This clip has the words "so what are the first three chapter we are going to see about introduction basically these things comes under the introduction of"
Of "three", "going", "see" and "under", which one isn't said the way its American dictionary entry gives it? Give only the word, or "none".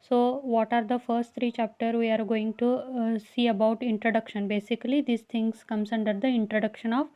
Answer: three